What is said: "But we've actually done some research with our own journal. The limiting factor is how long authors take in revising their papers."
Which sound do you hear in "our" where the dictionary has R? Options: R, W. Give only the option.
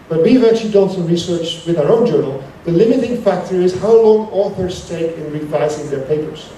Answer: R